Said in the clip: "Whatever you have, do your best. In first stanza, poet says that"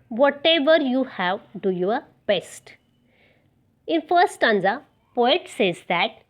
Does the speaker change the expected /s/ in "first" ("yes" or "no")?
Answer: yes